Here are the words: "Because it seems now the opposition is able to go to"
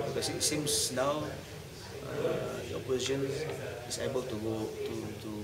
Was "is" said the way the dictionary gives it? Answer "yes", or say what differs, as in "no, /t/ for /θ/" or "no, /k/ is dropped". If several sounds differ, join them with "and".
no, /s/ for /z/